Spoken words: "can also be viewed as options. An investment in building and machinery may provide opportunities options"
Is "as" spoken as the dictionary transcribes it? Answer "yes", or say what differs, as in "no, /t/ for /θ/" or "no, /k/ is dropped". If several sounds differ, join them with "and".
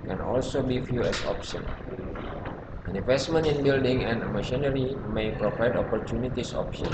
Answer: no, /s/ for /z/